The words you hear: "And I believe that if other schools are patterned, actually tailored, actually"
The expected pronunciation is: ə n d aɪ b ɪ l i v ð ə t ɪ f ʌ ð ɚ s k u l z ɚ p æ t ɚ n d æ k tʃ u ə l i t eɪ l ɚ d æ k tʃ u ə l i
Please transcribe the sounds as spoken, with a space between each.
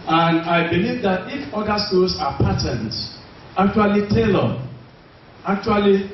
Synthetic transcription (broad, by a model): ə n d aɪ b ɪ l i v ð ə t ɪ f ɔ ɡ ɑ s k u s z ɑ p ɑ t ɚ n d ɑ k tʃ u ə l i t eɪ l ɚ ɑ k tʃ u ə l i